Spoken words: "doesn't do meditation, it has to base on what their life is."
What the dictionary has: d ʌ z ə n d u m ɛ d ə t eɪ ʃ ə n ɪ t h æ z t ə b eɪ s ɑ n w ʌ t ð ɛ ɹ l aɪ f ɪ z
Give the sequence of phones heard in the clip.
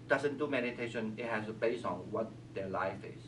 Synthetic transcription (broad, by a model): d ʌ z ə n d u m ɛ d ə t eɪ ʃ ə n ɪ t h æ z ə b eɪ s ɑ n w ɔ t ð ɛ l aɪ f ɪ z